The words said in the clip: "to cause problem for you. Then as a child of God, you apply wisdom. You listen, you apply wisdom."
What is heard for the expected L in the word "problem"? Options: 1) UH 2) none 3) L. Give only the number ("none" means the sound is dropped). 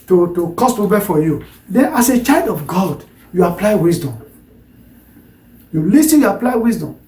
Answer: 2